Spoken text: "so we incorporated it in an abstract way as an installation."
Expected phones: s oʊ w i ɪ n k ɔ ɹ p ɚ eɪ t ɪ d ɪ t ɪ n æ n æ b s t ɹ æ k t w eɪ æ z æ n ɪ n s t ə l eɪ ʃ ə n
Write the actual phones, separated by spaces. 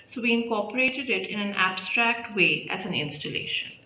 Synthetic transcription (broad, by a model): s oʊ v i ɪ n k ɔ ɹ p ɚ eɪ t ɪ d ɪ t ɪ n æ n æ b s t ɹ æ k t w eɪ æ z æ n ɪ n s t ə l eɪ ʃ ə n